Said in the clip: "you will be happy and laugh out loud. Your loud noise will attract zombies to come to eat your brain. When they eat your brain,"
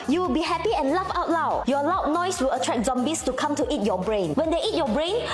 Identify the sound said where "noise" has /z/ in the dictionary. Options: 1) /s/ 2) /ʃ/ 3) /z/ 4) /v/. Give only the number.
1